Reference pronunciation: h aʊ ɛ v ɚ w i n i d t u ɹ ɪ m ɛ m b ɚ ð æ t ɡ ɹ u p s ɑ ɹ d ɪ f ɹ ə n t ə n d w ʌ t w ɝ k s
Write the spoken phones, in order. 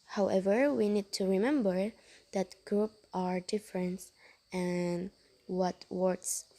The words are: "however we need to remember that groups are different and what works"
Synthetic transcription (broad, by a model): h aʊ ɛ v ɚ w i n i d t u ɹ ɪ m ɛ m b ɚ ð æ t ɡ ɹ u p ɑ ɹ d ɪ f ɹ ə n t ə n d w ʌ t w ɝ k s